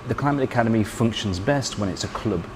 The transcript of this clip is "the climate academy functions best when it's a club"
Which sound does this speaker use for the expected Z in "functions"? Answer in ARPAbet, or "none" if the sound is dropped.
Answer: Z